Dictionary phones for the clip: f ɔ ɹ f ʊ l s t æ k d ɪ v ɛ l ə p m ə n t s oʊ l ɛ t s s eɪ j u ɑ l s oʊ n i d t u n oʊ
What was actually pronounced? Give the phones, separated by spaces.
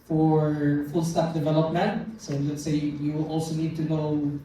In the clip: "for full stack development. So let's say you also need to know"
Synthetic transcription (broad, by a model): f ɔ ɹ f ʊ l s t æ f d ɪ v ɛ l ə p m ə n t s oʊ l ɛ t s s eɪ j u ɑ l s oʊ n i d t u n oʊ